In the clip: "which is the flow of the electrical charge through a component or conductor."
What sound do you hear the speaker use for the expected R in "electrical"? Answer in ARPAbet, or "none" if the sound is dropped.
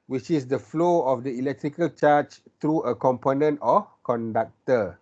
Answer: R